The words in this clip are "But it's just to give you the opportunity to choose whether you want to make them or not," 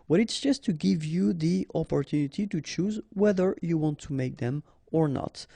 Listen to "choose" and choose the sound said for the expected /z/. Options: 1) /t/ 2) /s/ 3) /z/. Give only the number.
3